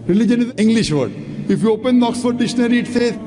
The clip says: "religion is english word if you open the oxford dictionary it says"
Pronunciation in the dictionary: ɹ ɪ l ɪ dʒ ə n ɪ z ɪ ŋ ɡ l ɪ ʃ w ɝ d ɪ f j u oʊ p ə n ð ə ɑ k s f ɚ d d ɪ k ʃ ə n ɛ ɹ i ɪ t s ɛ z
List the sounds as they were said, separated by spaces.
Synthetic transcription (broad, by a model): ɹ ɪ l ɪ dʒ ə n ɪ z ɪ ŋ ɡ l ɪ ʃ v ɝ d ɪ f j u oʊ p ə n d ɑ k s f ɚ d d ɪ ʃ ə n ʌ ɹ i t s ɛ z